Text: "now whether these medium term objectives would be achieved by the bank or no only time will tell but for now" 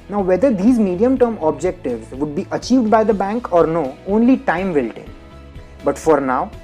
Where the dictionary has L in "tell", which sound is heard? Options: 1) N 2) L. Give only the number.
1